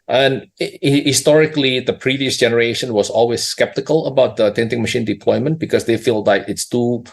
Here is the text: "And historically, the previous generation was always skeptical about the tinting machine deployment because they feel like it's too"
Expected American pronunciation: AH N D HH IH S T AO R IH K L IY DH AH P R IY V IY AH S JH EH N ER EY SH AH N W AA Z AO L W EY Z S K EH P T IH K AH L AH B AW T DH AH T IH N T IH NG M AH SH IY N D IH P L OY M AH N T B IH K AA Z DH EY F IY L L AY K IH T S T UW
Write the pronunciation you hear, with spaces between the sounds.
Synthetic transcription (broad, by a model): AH N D HH IH S T AO R IH K L IY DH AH P R IY V IY AH S JH EH N ER EY SH AH N W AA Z AO L W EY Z S K EH P T IH K AH L AH B AW T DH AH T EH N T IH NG M AH SH IY N D IH P L OY M AH N T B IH K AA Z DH EY F IY L L AY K IH T S T UW